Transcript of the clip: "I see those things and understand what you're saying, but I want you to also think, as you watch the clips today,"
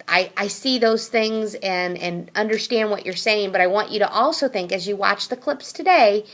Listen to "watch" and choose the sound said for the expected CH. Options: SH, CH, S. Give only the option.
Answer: CH